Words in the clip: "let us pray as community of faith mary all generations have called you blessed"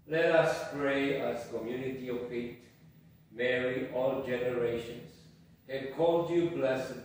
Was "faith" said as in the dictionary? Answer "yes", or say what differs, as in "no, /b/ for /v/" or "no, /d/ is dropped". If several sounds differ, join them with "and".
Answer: no, /t/ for /θ/